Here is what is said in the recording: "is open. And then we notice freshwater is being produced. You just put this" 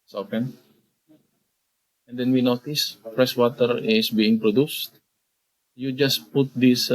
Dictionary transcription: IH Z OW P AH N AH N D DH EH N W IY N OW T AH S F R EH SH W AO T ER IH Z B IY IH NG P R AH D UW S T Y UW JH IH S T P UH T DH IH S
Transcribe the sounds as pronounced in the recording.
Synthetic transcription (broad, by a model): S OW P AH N AH N D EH N W IY N OW T AH S P R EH S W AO T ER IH S B IY IH NG P R AH D UW S T Y UW JH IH S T P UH T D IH S